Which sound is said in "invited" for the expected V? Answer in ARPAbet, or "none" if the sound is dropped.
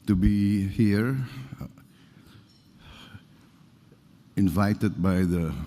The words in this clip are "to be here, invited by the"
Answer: V